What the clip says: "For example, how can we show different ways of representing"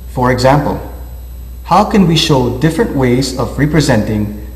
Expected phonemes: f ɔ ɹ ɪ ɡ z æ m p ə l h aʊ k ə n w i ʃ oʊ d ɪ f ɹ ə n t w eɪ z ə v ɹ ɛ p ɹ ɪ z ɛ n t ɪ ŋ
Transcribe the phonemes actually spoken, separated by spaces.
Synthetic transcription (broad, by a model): f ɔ ɹ ɪ ɡ z æ m p ə l h aʊ k ə n w i ʃ oʊ d ɪ f ɹ ə n t w eɪ z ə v ɹ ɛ p ɹ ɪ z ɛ n t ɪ ŋ